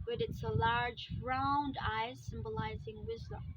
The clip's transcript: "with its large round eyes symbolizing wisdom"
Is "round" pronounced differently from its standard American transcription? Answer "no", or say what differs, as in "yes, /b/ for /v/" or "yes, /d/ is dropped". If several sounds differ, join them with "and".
no